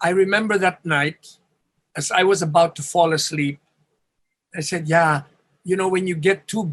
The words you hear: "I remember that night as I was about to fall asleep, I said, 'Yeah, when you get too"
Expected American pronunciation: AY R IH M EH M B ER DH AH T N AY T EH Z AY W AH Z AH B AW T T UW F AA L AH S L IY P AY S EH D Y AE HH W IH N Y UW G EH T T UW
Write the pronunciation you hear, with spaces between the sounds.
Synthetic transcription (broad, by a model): AY R IH M EH M B ER DH AH T N AY T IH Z AY W AH Z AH B AW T T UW F AA L AH S L IY P AY S EH D Y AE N W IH N Y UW G EH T T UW